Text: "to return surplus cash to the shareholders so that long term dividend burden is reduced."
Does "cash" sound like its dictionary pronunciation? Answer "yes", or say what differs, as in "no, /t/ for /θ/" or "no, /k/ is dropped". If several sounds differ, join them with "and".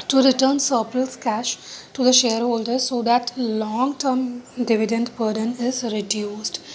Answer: yes